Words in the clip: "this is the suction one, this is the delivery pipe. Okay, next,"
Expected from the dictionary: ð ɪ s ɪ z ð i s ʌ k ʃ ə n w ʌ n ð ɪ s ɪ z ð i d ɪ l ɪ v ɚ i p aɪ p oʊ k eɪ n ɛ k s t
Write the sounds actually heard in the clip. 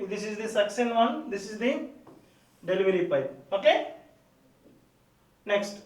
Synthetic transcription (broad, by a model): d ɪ s ɪ z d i s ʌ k s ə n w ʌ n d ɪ s ɪ z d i d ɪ l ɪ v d i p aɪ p oʊ k eɪ n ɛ k s t